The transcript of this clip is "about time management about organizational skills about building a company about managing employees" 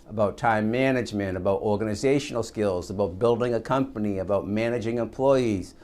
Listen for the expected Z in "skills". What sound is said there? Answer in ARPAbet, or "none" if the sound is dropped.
Z